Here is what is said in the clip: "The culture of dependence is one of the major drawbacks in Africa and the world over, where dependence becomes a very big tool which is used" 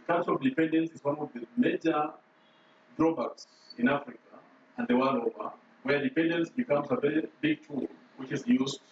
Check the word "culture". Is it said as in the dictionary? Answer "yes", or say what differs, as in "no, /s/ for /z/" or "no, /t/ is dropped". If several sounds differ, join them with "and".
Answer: no, /l/ is dropped